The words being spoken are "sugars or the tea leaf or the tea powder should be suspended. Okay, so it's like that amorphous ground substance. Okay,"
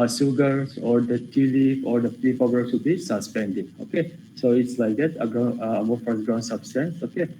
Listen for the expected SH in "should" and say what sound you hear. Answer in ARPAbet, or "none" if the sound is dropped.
S